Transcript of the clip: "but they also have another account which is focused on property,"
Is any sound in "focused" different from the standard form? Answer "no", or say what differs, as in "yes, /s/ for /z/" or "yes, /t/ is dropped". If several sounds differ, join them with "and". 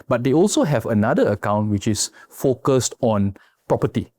no